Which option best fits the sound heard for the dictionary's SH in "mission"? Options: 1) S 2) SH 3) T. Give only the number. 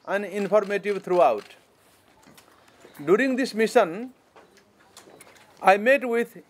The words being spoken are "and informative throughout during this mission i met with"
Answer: 1